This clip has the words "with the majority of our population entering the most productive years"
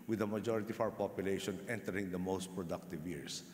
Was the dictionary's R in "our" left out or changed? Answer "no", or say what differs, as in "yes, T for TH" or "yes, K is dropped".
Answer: yes, W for R